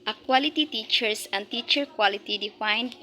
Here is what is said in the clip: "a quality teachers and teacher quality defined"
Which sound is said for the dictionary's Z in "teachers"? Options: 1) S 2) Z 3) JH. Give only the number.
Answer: 1